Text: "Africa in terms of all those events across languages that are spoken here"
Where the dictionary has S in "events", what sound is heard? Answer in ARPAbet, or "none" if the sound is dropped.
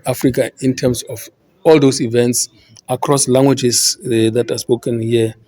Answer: S